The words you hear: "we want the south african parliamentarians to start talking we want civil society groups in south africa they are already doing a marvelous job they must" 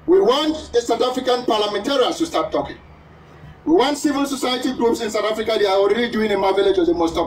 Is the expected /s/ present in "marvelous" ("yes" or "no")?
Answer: no